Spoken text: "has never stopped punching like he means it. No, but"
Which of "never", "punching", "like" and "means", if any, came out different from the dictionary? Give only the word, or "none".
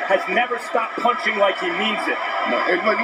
none